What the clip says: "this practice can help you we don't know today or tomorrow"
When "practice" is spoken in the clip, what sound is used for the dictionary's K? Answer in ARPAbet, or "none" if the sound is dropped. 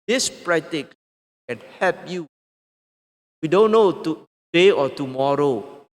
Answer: none